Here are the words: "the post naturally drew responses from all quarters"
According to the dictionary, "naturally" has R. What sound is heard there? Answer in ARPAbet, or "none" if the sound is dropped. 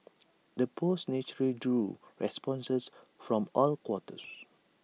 none